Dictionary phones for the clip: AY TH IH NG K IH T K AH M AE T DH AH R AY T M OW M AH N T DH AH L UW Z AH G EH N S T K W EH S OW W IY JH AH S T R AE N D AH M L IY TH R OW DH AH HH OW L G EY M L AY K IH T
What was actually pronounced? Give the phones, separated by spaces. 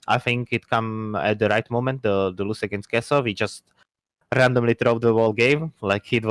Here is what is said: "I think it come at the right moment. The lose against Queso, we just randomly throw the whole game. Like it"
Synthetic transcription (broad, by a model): AY TH IH NG K IH T K AH M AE T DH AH R AY T M OW M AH N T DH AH L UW S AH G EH N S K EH S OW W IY JH AH S T R AE N D AH M L IY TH R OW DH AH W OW L G EY M L AY K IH T